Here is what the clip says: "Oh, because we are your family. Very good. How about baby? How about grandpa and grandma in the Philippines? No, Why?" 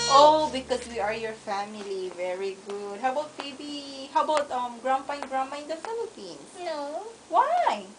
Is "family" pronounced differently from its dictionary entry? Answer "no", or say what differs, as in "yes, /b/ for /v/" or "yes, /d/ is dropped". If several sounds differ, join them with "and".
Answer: no